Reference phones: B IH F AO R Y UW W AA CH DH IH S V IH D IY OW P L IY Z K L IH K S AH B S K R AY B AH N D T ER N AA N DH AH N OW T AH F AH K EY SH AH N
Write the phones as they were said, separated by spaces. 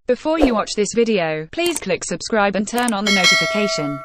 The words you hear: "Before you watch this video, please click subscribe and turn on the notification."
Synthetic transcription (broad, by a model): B IH F AO Y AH W AA CH DH IH S V IH D IY OW P L IY Z K L IH K S AH B S K R AY B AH N T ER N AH N DH AH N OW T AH F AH K EY SH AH N